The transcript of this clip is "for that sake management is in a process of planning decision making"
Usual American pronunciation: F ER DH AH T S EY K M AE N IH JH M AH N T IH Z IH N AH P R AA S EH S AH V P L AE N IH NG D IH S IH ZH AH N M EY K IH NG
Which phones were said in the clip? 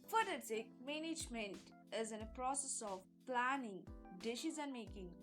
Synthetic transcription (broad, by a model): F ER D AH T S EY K M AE N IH JH M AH N T IH Z IH N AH P R AA S EH S AH V P L AE N IH NG D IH SH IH Z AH N M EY K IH NG